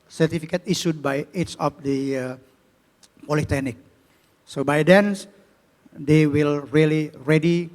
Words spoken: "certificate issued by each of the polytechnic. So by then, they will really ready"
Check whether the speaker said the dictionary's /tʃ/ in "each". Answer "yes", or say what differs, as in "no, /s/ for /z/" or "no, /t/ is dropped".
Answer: no, /s/ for /tʃ/